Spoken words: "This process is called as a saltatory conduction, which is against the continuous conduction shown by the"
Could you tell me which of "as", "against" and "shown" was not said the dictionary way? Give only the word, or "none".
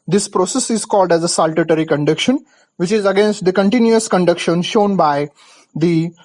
none